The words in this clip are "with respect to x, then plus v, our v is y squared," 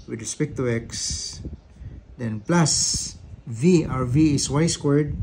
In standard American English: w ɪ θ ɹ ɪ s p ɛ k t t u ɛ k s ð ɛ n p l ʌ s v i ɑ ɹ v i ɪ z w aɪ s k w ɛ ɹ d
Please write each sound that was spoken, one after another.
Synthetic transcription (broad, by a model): w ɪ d ɹ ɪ s p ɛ k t t u ɛ k s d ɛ n p l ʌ s v i ɑ ɹ v i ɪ s w aɪ s k w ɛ ɹ d